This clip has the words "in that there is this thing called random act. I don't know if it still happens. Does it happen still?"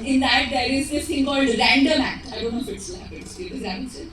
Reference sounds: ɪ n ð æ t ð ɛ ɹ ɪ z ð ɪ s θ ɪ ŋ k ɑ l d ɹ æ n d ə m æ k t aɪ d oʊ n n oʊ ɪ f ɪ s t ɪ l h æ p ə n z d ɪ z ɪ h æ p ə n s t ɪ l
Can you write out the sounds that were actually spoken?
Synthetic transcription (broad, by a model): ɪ n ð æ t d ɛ ɹ ɪ z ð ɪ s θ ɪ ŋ k ɑ l d ɹ æ n d ə m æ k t aɪ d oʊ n n oʊ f ɪ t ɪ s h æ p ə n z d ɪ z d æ ə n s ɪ